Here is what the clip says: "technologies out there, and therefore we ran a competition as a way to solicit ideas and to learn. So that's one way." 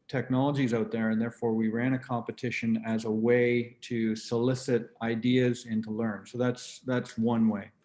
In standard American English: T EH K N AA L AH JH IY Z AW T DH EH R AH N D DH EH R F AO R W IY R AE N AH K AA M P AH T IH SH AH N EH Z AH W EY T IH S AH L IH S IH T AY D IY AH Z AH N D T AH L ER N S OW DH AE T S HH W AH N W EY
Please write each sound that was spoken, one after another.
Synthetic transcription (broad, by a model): T EH K N AA L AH JH IY Z AW T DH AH R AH N DH EH R F AO R W IY R AE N AH K AA M P AH T IH SH AH N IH Z AH W EY T IH S AH L IH S IH T AY D IY AH Z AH N T AH L ER N S OW DH AE T S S W AH N W EY